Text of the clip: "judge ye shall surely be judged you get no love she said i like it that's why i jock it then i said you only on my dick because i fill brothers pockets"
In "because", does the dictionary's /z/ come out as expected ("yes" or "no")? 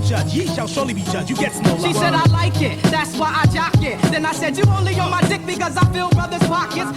yes